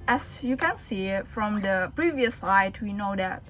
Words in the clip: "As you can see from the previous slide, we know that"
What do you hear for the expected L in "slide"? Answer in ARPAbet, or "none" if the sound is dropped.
none